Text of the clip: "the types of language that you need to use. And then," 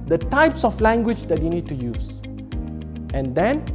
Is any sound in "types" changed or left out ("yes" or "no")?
no